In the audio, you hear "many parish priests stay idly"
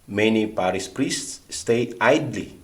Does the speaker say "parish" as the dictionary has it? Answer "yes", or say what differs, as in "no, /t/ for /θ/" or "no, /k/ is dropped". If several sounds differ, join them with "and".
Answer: no, /s/ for /ʃ/